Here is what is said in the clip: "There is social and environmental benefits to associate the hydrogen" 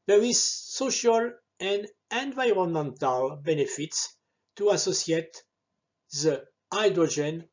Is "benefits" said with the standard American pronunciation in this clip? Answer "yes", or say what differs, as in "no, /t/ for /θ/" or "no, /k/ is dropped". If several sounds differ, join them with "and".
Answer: yes